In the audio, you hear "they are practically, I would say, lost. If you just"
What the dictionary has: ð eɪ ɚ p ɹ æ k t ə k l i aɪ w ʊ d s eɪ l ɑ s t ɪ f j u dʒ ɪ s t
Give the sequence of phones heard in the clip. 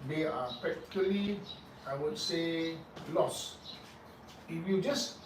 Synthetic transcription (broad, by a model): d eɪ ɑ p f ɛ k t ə l i aɪ w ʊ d s eɪ l ɑ s ɪ f j u dʒ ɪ s